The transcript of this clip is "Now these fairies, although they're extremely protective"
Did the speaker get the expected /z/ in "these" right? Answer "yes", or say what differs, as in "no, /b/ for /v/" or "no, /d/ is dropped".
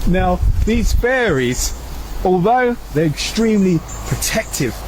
yes